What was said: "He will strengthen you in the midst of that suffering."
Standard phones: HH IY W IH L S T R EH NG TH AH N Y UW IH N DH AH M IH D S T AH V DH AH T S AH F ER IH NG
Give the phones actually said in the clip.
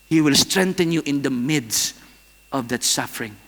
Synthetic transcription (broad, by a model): HH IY W IH L S T R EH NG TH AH N Y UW IH N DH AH M IH D S T AH V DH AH T S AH F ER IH NG